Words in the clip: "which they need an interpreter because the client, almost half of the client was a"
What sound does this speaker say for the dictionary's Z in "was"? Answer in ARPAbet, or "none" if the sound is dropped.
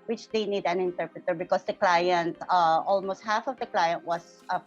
S